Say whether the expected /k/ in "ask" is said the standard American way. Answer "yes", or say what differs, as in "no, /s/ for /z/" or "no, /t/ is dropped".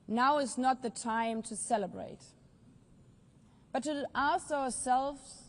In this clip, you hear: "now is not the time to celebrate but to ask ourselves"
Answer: no, /k/ is dropped